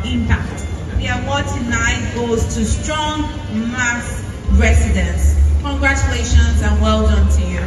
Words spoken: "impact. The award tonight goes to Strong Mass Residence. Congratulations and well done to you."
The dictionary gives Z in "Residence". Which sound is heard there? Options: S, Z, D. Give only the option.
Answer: S